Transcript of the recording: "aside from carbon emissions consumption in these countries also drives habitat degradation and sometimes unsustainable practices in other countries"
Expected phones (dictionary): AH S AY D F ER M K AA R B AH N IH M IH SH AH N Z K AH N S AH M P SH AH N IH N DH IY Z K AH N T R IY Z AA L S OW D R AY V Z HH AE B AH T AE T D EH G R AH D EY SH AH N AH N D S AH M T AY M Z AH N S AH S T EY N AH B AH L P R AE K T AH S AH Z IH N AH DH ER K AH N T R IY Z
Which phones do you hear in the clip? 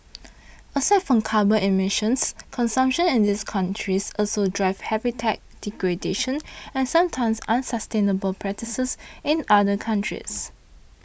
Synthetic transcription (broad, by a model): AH S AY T F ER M K AA B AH IH M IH SH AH N S K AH N S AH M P SH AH N IH N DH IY S K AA N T R IY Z AA L S OW D R AY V HH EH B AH T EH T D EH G R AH D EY SH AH N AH N S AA M T AY M S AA N S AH S T EY N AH B AH L P R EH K T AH S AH S IH N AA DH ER K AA N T R IY S